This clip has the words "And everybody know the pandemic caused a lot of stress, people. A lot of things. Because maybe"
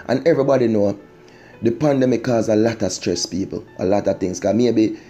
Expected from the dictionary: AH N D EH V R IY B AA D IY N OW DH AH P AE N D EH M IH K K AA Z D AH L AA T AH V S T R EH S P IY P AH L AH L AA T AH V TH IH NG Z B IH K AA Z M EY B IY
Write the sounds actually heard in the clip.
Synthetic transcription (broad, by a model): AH N EH V R IY B AA D IY N OW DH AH P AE N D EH M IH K K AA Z AH L AA T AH S T R EH S P IY P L AH L AA T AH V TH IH NG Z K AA M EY B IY